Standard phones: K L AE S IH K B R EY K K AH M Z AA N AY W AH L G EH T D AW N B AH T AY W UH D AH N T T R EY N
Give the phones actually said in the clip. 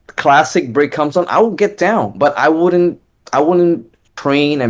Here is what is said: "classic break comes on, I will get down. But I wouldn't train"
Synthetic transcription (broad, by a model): K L AE S IH K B R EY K K AH M Z N AY W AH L G EH T D AW N B AH T AY W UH D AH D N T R EY N